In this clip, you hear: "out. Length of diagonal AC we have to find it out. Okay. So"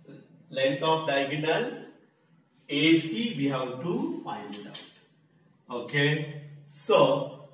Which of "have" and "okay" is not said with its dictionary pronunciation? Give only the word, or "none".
have